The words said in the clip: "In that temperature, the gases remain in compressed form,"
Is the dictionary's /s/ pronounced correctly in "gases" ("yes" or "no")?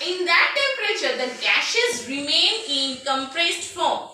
no